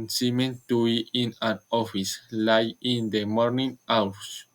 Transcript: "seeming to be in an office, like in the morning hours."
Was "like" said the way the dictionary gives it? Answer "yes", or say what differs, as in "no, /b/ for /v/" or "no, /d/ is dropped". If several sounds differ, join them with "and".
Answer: no, /k/ is dropped